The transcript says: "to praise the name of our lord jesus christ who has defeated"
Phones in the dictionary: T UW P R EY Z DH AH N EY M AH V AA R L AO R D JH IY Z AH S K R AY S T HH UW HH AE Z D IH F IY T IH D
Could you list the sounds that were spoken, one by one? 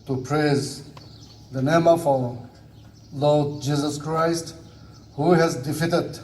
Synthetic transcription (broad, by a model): T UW P R EY Z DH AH N EY M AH F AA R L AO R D JH IY Z AH S K R AY S T HH UW HH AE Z D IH F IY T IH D